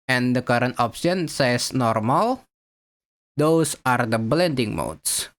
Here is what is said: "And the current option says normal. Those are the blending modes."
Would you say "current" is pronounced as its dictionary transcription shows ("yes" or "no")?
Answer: yes